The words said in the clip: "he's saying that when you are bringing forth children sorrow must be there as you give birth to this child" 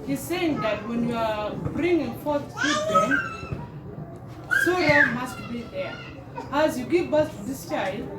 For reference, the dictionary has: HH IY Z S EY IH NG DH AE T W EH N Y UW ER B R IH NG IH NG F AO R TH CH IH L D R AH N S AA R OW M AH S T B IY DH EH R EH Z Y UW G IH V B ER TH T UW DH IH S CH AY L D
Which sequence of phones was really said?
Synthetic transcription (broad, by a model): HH IY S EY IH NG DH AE T W EH N Y UW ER B R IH NG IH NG F AO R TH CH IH D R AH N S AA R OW M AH S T B IY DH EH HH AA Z Y UW G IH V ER S T UW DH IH S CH AY L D